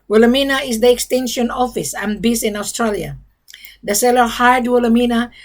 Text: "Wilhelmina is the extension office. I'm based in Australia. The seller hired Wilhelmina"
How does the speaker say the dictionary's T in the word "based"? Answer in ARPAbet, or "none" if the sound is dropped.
none